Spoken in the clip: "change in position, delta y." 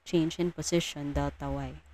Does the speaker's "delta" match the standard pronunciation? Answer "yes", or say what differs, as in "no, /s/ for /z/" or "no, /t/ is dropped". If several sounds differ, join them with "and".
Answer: no, /l/ is dropped